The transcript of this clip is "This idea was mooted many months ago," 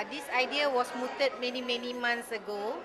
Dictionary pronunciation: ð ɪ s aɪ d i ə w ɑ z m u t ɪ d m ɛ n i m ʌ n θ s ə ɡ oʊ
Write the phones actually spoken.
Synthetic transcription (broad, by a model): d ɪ s aɪ d i ə w ɑ s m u t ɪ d m ɛ n i m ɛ n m s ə ɡ oʊ